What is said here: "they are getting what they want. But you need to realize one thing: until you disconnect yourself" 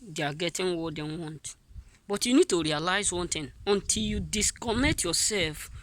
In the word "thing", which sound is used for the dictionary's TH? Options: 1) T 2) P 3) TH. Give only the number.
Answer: 1